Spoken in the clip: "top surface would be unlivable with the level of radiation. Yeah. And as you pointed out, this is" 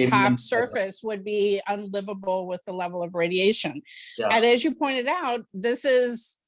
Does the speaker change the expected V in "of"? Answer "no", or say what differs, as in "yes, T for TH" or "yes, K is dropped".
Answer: no